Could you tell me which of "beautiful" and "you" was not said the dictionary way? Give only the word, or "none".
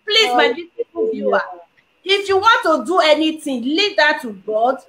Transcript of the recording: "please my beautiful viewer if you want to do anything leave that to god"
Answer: beautiful